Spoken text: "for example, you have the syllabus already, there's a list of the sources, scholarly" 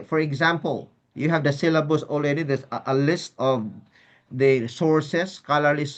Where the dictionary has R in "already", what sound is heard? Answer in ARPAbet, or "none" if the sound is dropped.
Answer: L